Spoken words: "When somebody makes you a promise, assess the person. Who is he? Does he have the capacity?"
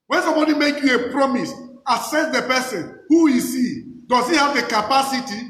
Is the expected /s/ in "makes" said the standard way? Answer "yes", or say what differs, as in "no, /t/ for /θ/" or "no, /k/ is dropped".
no, /s/ is dropped